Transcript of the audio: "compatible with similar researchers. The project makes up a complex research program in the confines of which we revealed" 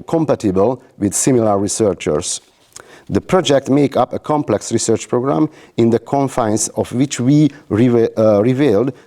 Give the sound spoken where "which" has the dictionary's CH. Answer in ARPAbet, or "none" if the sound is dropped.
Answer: CH